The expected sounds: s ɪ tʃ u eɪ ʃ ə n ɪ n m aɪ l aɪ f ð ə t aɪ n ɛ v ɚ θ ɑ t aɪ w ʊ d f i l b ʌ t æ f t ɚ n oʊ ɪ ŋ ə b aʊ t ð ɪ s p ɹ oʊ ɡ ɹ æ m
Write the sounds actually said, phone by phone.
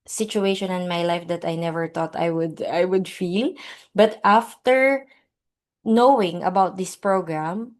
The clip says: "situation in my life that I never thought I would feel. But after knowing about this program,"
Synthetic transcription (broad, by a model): s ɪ tʃ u eɪ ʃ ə n ɪ n m aɪ l aɪ f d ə t aɪ n ɛ v ɚ t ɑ t aɪ w ʊ d f i l b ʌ t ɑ f t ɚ n oʊ ɪ ŋ ə b aʊ t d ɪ s p ɹ oʊ ɡ ɹ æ m